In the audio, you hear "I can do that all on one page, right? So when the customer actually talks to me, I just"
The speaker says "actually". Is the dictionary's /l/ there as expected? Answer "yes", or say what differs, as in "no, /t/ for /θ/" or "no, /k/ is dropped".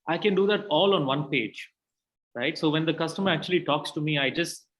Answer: yes